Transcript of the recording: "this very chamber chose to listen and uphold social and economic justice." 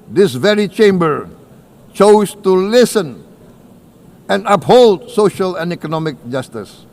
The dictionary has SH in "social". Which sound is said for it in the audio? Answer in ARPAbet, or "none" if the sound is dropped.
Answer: SH